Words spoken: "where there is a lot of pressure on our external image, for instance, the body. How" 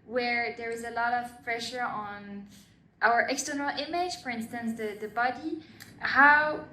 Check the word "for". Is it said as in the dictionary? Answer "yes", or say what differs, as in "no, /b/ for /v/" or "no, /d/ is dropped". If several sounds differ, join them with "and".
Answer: yes